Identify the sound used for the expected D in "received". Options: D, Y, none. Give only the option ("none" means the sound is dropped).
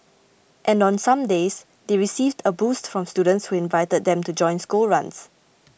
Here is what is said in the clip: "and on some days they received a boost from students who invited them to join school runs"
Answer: D